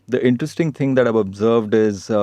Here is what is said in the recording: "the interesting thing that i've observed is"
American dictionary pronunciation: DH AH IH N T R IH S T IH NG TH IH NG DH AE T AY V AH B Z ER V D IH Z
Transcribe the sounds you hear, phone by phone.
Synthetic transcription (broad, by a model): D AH IH N T R IH S T IH NG T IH NG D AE T AY V AH B Z ER V D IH Z